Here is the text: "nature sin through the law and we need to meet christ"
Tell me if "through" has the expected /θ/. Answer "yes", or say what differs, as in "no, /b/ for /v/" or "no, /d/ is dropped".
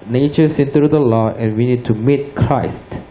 no, /t/ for /θ/